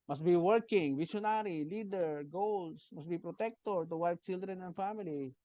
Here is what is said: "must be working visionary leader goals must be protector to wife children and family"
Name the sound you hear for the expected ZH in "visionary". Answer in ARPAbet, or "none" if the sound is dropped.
SH